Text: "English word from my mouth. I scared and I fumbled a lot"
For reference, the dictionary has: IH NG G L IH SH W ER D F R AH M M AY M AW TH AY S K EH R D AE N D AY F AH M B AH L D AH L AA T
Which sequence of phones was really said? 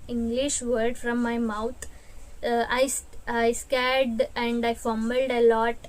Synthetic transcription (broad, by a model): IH NG G L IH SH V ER D F R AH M M AY M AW T AY S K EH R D AE N D AY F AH M AH L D AH L AA T